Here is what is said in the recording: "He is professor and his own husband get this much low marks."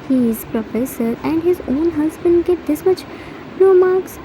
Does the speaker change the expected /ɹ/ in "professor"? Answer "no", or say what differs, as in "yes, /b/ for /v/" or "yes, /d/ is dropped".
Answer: no